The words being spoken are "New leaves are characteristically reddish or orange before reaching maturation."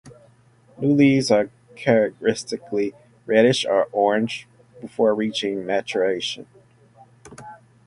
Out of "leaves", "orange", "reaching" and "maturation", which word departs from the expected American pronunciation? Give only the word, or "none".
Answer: leaves